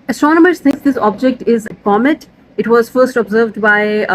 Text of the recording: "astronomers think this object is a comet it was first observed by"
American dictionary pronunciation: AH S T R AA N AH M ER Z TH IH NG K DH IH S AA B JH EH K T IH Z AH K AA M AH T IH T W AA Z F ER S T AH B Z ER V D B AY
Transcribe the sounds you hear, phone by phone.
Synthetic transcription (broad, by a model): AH S T R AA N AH M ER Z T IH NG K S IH S AA B JH EH K T IH Z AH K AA M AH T IH T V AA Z F ER S T AH B Z ER V D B AY